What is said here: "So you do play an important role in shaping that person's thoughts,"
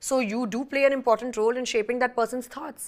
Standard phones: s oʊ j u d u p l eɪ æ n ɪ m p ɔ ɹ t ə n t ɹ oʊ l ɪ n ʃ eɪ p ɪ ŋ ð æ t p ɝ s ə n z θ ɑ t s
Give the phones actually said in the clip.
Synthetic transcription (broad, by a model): s oʊ j u d u p l eɪ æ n ɪ m p ɔ ɹ t ə n t ɹ oʊ l ɪ n ʃ eɪ p ɪ ŋ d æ t p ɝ s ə n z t ɑ t s